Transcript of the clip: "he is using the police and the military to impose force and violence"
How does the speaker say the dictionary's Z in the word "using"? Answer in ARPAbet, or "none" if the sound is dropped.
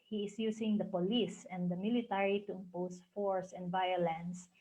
S